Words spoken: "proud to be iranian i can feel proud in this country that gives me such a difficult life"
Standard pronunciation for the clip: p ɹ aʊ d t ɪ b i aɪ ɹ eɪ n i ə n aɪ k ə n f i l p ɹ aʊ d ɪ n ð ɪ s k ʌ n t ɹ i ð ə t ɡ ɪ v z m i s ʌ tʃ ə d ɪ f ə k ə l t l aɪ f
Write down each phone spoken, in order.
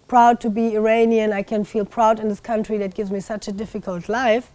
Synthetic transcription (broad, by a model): p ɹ aʊ d t ɪ b i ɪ ɹ eɪ n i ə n aɪ k ə n f i l p ɹ aʊ d ɪ n ð ɪ s k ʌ n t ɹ i ð ə t ɡ ɪ v z m i s ʌ tʃ ə d ɪ f ə k ə l t l aɪ f